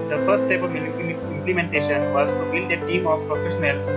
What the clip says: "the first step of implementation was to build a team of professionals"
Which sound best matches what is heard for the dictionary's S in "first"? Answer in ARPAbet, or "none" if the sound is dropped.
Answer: none